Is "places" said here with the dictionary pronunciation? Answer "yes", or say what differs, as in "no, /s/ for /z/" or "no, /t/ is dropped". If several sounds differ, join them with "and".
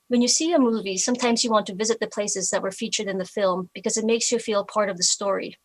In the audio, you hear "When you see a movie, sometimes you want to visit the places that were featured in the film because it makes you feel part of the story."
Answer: yes